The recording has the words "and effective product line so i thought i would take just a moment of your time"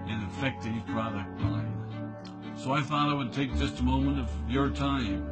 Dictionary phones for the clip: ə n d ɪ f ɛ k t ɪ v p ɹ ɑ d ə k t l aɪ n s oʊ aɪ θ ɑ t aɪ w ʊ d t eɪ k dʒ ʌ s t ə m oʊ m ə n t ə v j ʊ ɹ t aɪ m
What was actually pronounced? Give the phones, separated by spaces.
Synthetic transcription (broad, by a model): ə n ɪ f ɛ k t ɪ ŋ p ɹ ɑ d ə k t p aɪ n s oʊ aɪ θ ɑ t aɪ w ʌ d t eɪ k dʒ ʌ s t ə m oʊ m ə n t ə v j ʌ ɹ t aɪ m